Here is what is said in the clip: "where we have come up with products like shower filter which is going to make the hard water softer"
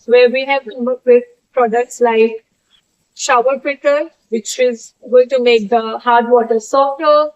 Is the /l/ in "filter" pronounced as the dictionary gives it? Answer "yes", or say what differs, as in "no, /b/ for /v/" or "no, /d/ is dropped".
no, /l/ is dropped